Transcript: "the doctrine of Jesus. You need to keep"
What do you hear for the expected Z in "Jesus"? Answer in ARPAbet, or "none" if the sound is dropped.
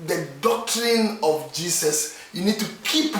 S